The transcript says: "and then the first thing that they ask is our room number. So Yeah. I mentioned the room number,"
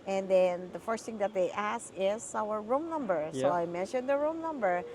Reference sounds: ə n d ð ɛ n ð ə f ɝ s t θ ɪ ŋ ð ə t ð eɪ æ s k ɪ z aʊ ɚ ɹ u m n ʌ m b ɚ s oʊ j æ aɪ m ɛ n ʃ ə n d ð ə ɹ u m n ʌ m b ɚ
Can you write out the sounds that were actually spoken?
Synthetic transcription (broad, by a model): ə n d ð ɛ n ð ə f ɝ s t θ ɪ ŋ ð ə t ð eɪ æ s ɪ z aʊ ɚ ɹ u m n ʌ m b ɚ s oʊ aɪ m ɛ n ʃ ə n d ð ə ɹ u m n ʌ m b ɚ